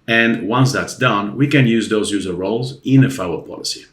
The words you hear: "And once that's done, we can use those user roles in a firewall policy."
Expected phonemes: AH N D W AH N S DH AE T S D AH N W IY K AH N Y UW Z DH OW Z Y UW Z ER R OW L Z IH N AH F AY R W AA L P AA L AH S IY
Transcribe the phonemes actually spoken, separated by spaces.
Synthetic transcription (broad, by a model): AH N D W AH N S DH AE T S D AH N W IY K AH N Y UW Z DH OW Z Y UW Z ER R OW L Z IH N AH F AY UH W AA P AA L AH S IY